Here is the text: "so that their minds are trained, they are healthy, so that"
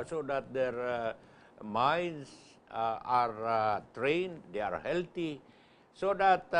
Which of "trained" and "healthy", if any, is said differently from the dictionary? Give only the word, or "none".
healthy